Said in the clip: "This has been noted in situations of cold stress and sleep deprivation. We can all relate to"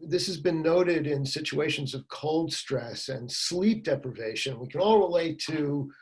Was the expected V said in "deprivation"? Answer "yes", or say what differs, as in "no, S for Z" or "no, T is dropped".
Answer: yes